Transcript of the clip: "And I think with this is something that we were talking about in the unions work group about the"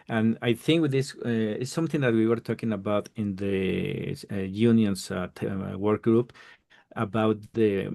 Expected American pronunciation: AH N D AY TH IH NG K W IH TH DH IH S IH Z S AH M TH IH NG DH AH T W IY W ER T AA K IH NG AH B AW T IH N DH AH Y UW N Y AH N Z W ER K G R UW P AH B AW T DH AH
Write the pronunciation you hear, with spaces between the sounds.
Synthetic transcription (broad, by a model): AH N AY TH IH NG K W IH DH IH S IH S AH M TH IH NG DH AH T W IY W ER T AA K IH NG AH B AW T IH N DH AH Y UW N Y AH N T W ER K G R UW P AH B AW T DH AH